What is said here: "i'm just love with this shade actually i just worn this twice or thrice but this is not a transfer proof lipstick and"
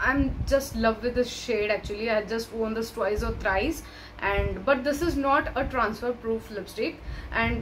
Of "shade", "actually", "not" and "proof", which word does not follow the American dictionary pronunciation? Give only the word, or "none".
none